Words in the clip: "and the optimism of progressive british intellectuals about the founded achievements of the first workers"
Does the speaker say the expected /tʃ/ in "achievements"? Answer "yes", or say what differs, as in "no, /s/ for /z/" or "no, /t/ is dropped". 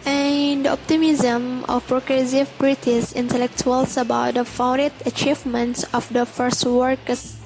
yes